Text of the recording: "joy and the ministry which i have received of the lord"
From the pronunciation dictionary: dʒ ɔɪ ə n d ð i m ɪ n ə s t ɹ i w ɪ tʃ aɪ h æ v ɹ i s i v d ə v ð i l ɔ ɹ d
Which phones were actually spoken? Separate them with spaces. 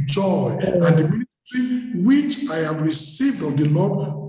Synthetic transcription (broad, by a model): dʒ ɔɪ ə n d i m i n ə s t ɹ i w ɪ tʃ aɪ h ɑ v ɹ i s i v d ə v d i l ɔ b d